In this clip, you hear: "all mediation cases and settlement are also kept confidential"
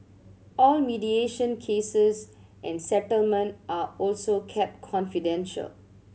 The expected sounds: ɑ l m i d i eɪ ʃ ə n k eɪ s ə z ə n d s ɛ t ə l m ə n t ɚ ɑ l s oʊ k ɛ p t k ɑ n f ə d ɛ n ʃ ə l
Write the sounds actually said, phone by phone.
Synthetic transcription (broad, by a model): ɑ l m i d i eɪ ʃ ə n k eɪ s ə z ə n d s ɛ t ə l m ə n t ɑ ɑ l s oʊ k ɛ p t k ɑ n f ə d ɛ n ʃ ə l